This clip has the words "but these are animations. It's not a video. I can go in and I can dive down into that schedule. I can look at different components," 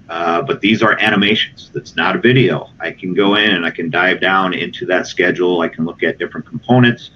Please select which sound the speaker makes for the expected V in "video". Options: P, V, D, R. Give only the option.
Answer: V